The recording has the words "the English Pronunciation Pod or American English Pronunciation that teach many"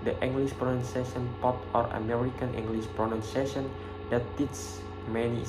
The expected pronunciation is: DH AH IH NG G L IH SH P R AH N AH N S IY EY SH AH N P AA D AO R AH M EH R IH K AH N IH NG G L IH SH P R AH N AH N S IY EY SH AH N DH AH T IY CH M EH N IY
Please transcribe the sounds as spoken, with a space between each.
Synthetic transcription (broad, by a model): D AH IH NG G L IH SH P R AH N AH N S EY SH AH N P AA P AO R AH M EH R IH K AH N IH NG G L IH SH P R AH N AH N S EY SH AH N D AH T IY S M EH N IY